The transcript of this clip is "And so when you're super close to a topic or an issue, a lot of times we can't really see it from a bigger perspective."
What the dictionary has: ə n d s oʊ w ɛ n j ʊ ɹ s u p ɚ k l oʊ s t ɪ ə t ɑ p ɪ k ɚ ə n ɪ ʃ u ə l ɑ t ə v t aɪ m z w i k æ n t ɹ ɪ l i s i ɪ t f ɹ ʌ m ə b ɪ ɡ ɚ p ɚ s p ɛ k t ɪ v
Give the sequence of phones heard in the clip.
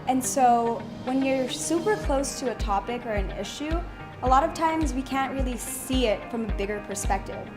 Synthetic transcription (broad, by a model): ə n s oʊ w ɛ n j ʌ ɹ s u p ɚ k l oʊ s t ɪ ə t ɑ p ɪ k ɚ ə n ɪ ʃ u ə l ɑ t ə v t aɪ m z w i k æ n t ɹ ɪ l i s i ɪ t f ɹ ʌ m ə b ɪ ɡ ɚ p ɚ s p ɛ k t ɪ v